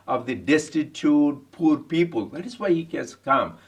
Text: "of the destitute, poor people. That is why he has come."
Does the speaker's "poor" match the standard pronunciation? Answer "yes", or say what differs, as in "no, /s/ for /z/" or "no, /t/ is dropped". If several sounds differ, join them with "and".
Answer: yes